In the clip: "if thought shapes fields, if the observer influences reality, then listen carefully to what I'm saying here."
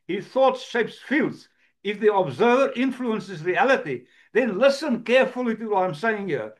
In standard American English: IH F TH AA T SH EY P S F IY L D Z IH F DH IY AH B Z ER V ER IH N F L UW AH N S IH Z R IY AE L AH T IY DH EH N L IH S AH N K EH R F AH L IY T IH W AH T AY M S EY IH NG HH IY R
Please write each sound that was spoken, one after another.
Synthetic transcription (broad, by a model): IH TH AA T SH EY P S F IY L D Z IH F DH IY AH B Z ER V ER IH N F L UW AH N S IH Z R IY AE L AH T IY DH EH N L IH S AH N K EH R F AH L IY T IH W AH T AY M S EY IH NG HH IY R